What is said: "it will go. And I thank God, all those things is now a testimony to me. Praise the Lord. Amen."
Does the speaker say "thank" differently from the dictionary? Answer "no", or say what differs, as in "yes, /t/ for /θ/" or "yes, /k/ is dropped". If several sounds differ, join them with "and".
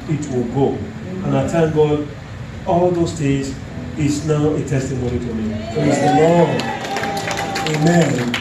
yes, /t/ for /θ/